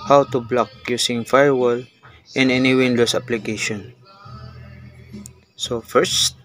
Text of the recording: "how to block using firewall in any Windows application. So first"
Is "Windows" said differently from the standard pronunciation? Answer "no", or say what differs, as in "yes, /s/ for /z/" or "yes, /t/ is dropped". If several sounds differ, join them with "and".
yes, /s/ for /z/